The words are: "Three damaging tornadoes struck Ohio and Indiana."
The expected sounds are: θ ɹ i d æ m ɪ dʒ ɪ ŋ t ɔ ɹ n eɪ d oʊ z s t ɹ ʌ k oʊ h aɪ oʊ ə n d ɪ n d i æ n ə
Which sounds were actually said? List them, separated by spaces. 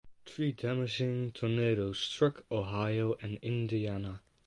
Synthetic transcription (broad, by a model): t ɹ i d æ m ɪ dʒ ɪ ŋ t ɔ n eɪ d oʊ s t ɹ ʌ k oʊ h aɪ oʊ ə n ɪ n d i æ n ə